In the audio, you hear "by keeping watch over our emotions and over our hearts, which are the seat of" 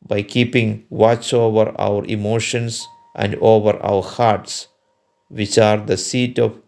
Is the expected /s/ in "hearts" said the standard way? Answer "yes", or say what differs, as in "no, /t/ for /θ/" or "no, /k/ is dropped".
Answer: yes